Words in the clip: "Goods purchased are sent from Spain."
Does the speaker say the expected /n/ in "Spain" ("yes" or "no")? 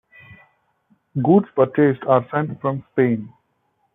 yes